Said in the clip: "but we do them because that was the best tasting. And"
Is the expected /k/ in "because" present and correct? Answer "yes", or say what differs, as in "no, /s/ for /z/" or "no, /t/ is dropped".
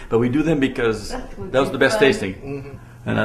yes